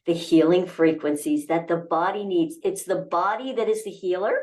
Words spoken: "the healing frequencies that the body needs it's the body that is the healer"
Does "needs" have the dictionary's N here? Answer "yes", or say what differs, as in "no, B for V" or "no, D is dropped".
yes